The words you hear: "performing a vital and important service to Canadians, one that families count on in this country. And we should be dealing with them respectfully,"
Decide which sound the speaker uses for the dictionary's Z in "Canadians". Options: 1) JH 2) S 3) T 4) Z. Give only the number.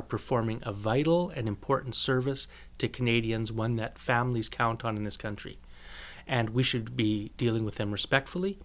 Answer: 4